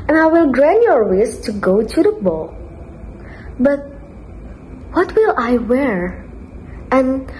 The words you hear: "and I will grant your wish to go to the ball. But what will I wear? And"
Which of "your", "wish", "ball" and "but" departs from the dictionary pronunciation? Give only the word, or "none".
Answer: wish